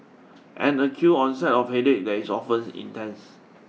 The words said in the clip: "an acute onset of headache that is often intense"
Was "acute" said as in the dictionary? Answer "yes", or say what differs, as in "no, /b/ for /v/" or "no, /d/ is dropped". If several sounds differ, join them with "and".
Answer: no, /t/ is dropped